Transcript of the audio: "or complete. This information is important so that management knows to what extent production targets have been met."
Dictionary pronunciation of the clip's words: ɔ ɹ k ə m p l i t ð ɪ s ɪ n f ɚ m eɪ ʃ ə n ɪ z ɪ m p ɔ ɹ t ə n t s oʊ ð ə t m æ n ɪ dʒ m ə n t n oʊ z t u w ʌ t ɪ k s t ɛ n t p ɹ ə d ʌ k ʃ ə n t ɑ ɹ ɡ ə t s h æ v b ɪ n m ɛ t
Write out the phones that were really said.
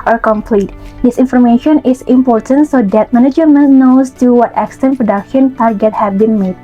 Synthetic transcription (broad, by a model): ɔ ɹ k ə m p l i t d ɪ s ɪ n f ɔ m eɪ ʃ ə n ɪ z ɪ m p ɔ ɹ t ə n t s oʊ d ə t m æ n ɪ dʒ m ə n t n oʊ s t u w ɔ t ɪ k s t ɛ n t p ɹ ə d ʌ k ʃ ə n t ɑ ɹ ɡ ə t h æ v b ɪ n m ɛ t